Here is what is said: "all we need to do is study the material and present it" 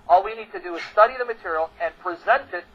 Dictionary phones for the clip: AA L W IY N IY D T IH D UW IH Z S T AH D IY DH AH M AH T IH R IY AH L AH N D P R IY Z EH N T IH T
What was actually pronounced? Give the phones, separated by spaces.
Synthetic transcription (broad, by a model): AA L W IY N IY D T IH D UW IH Z S T AH D IY DH AH M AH T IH R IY L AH N P R IY Z EH N T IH T